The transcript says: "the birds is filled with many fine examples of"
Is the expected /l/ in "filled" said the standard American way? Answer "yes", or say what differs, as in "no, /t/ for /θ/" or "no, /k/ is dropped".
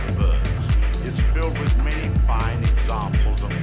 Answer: yes